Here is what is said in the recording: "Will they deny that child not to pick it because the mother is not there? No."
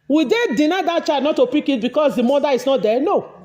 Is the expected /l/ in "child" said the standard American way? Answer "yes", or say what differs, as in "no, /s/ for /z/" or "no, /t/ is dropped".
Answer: no, /l/ is dropped